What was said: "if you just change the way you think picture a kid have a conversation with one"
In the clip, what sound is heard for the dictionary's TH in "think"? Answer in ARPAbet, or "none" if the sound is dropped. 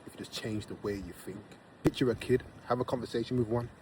TH